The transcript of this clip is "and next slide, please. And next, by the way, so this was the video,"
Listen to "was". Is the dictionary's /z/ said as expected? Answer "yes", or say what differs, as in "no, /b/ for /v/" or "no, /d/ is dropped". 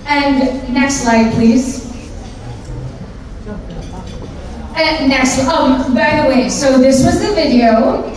yes